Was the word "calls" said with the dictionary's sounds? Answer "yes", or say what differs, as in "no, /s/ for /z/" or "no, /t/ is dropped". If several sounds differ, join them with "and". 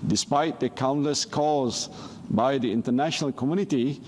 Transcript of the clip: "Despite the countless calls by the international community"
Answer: no, /l/ is dropped